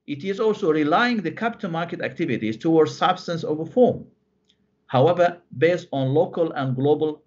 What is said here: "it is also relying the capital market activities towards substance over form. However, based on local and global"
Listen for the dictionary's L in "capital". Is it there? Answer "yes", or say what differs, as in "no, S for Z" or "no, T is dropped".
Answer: no, N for L